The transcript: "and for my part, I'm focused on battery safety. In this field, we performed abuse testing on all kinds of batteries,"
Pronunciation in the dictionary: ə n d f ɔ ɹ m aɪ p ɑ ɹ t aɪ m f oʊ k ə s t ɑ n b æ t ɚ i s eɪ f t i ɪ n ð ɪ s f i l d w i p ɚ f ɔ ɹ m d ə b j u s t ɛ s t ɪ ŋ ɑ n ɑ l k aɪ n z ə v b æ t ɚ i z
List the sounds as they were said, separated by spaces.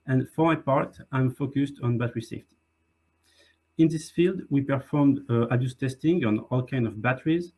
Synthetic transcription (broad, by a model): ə n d f ɔ ɹ m aɪ p ɑ ɹ t aɪ m f oʊ k ə s t ɑ n b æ t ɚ i s eɪ f t i ɪ n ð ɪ s f i l d w i p ɚ f ɔ ɹ m d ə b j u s t ɛ s t ɪ ŋ ɑ n ɑ l k aɪ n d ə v b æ t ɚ i z